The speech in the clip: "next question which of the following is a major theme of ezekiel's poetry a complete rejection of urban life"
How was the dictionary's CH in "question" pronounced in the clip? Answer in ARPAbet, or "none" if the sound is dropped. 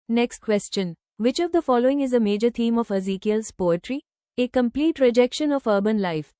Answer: CH